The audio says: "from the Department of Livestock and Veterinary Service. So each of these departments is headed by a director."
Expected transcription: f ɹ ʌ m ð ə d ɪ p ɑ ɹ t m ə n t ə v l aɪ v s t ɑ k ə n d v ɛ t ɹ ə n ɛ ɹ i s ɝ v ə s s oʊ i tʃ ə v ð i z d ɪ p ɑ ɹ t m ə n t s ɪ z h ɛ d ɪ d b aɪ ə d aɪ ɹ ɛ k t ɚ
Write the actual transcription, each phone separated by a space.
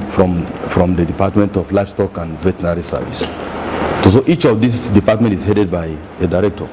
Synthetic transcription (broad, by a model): f ɹ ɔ m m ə d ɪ p ɑ t m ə n t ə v l aɪ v s t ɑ k ə n d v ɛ t ə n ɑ ɹ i s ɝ v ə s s oʊ i tʃ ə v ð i s d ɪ p ɑ t m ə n t ɪ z h ɛ d ɪ d b aɪ ə d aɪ ɹ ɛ k t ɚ